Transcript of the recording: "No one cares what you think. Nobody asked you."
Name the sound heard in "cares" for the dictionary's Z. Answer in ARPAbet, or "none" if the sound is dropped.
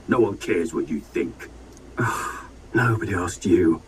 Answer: Z